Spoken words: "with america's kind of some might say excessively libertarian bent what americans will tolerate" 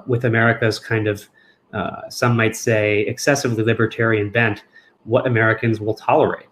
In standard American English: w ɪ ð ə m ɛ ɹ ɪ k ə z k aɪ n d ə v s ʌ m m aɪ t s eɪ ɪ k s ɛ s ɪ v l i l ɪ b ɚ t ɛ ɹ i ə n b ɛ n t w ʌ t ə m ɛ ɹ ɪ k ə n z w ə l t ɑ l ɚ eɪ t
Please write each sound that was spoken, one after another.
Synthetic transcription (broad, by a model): w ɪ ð ə m ɛ ɹ ɪ k ə z k aɪ n d ə v s ʌ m m aɪ t s eɪ ɪ k s ɛ s ɪ v l i l ɪ b ɚ t ɛ ɹ i ə n b ɛ n t w ʌ t ə m ɛ ɹ ɪ k ə n z w ə l t ɑ l ɚ eɪ t